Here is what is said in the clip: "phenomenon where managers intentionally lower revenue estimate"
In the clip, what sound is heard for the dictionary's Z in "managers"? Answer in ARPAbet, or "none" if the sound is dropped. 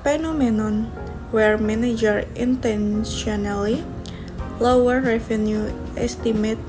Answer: none